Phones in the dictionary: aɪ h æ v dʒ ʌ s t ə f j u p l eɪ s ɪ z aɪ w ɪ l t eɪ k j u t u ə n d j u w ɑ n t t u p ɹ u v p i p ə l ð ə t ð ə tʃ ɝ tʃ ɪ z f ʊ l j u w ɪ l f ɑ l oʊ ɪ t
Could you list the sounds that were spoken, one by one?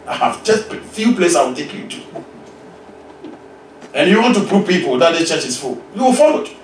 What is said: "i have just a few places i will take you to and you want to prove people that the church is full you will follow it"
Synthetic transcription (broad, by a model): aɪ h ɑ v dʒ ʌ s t f j u p l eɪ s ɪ ɪ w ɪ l t eɪ k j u t u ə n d j u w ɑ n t t u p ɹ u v p i p ə l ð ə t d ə tʃ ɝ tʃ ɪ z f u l j u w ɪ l f ɑ l oʊ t